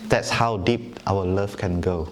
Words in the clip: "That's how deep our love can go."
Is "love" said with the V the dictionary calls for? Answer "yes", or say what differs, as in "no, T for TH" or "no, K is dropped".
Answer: no, F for V